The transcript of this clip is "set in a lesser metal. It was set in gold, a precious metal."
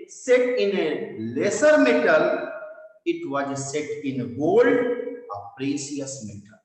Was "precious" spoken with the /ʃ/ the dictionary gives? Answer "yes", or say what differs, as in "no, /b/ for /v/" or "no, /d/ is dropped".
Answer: no, /s/ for /ʃ/